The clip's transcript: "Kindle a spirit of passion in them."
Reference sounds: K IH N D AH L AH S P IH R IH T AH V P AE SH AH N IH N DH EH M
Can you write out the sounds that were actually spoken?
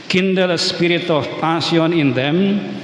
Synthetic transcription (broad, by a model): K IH N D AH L S P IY R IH T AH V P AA S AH N IH N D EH M